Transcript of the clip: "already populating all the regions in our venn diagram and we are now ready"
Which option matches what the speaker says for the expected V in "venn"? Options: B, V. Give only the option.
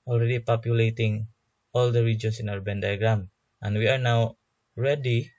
B